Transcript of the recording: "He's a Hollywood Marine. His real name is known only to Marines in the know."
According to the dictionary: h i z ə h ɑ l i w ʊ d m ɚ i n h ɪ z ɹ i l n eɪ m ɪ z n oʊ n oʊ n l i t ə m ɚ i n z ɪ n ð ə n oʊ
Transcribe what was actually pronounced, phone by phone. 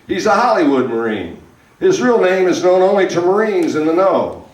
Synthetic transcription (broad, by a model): h i z ə h ɑ l i w ʊ d m ɚ i n h ɪ z ɹ i l n eɪ m ɪ z n oʊ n oʊ n l i t ə m ɚ i n z ɪ n ð ə n oʊ